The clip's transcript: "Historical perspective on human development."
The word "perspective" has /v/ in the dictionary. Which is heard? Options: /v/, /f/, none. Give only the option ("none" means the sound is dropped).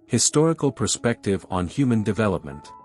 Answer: /v/